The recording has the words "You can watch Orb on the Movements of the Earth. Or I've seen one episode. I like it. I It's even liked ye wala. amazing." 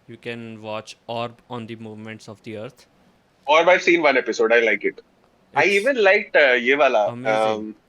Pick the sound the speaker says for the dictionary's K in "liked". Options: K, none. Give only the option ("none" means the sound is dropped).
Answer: K